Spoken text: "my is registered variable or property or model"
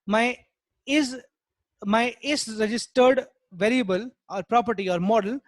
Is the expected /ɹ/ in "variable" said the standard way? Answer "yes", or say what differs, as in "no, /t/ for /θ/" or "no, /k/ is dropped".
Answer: yes